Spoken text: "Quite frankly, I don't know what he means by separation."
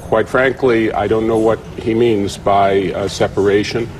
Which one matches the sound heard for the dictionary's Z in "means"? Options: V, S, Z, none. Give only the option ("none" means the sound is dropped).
Z